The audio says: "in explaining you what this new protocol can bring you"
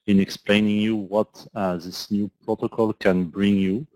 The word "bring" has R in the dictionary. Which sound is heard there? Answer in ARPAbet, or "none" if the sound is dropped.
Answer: R